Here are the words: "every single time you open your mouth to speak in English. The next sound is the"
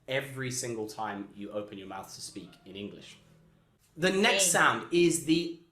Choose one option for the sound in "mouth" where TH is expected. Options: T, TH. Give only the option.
TH